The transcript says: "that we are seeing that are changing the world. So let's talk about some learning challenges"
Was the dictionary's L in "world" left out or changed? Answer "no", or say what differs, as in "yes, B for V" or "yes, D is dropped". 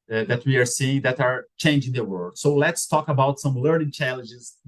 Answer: yes, L is dropped